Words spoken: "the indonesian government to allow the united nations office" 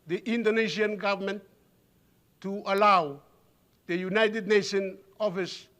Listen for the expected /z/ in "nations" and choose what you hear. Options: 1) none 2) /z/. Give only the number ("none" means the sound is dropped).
1